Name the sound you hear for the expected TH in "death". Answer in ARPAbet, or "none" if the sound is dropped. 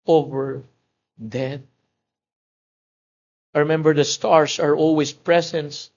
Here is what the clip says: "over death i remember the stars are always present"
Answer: T